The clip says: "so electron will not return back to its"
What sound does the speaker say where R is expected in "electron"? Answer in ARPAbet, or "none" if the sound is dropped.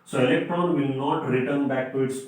R